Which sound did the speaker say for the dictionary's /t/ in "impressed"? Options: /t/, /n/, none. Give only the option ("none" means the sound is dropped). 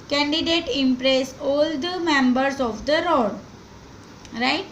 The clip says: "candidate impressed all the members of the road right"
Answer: none